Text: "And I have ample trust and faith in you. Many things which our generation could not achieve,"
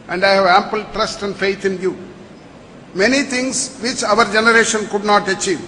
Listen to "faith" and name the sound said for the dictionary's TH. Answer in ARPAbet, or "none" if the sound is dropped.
T